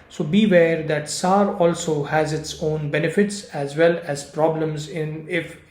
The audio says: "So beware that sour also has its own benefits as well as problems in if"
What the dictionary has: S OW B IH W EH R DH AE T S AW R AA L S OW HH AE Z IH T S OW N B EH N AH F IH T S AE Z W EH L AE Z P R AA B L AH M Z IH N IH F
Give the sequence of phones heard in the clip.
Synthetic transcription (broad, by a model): S OW B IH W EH R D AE T S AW R AA L S OW HH AE Z IH T S OW N B EH N AH F IH T S AE Z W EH L AE Z P R AA B L AH M Z IH N IH F